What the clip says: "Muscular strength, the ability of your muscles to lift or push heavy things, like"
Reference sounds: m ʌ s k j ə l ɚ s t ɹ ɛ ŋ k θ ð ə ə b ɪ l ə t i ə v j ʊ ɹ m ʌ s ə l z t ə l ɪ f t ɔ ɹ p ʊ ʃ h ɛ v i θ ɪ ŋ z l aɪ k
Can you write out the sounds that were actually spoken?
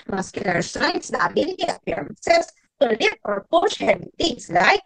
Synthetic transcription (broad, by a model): m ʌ s k j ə l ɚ s t ɹ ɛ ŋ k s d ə ə b ɪ l ə t i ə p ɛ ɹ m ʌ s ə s t ə l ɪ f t ɔ ɹ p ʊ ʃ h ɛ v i t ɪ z l aɪ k